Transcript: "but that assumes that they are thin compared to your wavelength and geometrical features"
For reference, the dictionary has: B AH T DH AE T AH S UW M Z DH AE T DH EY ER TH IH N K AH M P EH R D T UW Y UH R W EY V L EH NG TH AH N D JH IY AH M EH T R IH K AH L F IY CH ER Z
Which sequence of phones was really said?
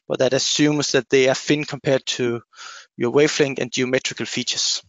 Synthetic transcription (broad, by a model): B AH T DH AE T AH S UW M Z DH AE T DH EY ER F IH N K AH M P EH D T UW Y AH W EY F L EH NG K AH N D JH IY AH M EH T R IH K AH L F IY CH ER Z